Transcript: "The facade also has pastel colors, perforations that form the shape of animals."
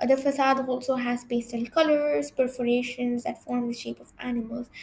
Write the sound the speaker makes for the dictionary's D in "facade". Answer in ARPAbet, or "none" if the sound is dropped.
D